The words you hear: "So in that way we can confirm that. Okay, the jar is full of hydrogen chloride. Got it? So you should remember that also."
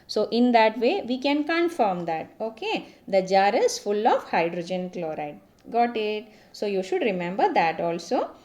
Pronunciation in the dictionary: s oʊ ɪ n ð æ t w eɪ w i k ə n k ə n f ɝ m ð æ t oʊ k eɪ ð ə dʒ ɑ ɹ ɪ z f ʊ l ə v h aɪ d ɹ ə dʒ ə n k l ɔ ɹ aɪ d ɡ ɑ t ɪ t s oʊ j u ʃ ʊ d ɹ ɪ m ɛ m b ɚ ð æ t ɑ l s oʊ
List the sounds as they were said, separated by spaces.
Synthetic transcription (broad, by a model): s oʊ ɪ n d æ t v eɪ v i k ə n k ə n f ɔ m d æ t oʊ k eɪ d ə dʒ ɑ ɹ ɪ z f ʊ l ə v h aɪ d ɹ ə dʒ ə n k l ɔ ɹ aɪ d ɡ ɑ t ɪ t s oʊ j u ʃ ʊ d ɹ ɪ m ɛ m b ɚ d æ t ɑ l s oʊ